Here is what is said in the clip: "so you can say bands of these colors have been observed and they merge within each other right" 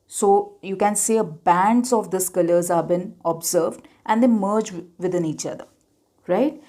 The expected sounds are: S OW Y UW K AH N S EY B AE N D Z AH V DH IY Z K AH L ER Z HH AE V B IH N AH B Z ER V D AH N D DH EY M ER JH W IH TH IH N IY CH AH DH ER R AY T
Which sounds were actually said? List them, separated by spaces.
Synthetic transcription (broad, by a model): S OW Y UW K AH N S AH B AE N D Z AH V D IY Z K AH L ER Z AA B IH N AH B Z ER V D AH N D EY M ER JH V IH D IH N IY CH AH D ER R AY T